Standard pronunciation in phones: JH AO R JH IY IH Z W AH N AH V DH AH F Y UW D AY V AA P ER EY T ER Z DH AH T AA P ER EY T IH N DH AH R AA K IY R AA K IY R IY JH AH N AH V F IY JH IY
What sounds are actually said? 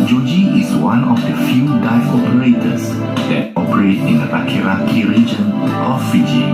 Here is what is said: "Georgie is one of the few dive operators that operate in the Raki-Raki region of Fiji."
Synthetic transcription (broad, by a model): JH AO JH IY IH S W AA N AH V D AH F Y UW D AY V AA P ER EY T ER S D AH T AA P ER EY T IH N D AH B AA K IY R AA K IY R IY JH AH N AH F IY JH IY